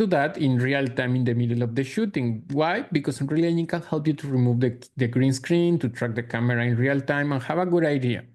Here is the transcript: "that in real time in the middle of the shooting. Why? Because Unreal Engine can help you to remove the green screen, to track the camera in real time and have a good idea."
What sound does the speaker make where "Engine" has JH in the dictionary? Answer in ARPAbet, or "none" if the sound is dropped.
none